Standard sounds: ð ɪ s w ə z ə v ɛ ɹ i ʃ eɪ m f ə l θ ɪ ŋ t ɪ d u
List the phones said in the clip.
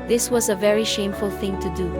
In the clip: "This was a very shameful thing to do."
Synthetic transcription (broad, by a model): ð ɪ s w ə z ə v ɛ ɹ i ʃ eɪ m f ə l θ ɪ ŋ t ɪ d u